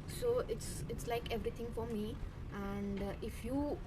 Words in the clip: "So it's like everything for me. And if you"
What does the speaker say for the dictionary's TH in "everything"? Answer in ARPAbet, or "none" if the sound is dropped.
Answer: T